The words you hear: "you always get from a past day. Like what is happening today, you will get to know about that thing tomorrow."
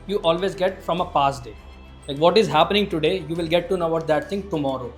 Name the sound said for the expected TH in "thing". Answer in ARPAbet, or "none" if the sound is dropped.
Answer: T